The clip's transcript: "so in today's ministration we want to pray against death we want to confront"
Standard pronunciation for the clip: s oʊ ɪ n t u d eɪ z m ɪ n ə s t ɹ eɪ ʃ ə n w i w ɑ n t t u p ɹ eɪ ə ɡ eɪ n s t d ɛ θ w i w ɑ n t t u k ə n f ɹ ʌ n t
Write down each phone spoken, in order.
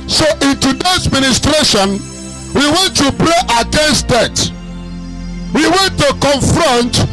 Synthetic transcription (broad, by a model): s oʊ ɪ n t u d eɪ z m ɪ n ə s t ɹ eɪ ʃ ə n w i w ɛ n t t u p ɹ eɪ ə ɡ eɪ n s t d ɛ t w i w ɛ n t t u k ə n f ɹ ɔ n t